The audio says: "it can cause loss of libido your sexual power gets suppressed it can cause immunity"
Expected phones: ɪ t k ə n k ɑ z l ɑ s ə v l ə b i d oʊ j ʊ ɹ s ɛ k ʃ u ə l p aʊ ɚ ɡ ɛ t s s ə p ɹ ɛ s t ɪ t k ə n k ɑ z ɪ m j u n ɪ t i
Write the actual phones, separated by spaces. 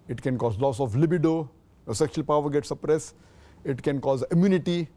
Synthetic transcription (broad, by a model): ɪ t k ə n k ɑ z l ɑ s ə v l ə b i d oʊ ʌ s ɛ k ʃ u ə l p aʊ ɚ ɡ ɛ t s s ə p ɹ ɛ s ɪ t k ə n k ɑ z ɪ m j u n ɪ t i